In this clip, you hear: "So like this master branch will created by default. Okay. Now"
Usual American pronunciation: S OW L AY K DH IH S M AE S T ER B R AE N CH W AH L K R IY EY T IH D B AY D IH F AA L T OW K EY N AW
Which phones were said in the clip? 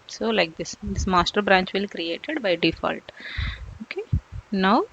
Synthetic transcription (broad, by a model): S OW L AY K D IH S M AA S T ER B R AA N CH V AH L K R IY EY T IH D B AY D IH F AA L T OW K EY N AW